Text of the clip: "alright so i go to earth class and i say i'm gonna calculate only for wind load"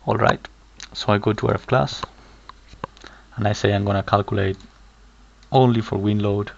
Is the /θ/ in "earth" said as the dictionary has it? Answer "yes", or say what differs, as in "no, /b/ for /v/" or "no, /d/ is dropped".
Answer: no, /f/ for /θ/